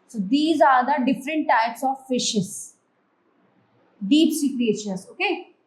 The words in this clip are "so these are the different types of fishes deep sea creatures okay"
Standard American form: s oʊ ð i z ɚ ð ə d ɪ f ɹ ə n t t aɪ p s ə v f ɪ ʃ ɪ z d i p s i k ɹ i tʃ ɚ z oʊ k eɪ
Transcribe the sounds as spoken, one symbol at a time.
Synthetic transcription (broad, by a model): s oʊ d i z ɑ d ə d ɪ f ɹ ə n t t aɪ p s ə v f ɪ ʃ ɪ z d i p s i k ɹ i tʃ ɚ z oʊ k eɪ